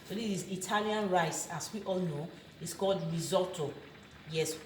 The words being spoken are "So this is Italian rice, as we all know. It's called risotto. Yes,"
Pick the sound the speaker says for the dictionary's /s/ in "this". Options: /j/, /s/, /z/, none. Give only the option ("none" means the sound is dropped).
none